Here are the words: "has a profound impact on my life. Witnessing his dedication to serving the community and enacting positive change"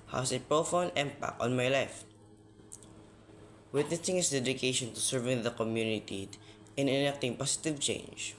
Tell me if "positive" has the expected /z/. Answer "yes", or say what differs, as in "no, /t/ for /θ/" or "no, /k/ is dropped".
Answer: no, /s/ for /z/